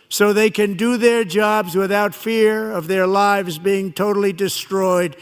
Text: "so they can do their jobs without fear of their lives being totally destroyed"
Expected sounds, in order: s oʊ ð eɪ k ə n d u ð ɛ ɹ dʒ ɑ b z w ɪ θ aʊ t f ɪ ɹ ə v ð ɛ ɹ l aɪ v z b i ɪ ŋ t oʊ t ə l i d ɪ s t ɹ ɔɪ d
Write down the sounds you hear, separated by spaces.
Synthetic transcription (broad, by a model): s oʊ ð eɪ k ə n d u ð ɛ ɹ dʒ ɑ b z w ɪ θ aʊ t f ɪ ɹ ə v ð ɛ ɹ l aɪ v z b i ɪ ŋ t oʊ t l i d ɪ s t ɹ ɔɪ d